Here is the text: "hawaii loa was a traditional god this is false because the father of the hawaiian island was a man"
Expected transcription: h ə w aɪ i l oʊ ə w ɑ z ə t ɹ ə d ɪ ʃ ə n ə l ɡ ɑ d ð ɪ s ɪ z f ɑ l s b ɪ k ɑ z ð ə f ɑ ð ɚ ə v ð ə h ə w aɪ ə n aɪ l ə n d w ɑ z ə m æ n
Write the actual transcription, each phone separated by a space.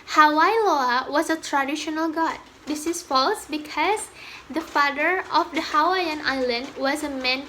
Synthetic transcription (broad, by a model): h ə w aɪ l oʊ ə w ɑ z ə t ɹ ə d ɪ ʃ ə n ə l ɡ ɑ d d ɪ s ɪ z f ɑ l s b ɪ k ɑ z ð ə f ɑ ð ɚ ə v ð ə h ə w aɪ ə n aɪ l ə n d w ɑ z ə m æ n